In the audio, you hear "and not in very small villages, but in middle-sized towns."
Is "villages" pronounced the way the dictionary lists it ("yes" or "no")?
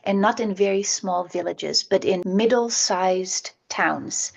yes